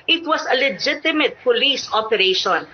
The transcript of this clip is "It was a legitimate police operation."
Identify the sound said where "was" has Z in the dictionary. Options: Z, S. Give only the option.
S